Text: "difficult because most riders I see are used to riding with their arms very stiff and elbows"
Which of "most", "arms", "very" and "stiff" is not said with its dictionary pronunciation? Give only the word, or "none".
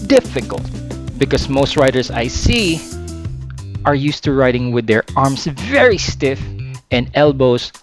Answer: arms